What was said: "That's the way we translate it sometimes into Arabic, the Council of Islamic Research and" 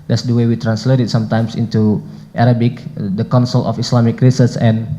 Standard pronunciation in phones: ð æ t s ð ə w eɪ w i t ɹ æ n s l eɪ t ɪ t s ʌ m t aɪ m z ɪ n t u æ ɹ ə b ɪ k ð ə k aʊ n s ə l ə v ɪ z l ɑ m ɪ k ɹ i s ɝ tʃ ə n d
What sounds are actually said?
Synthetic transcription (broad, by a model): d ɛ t s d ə w eɪ w i t ɹ æ n s l eɪ t ɪ t s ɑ m t aɪ m s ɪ n t u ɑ ɹ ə b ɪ k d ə k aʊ n s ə l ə f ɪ s l ɑ m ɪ k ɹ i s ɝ s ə n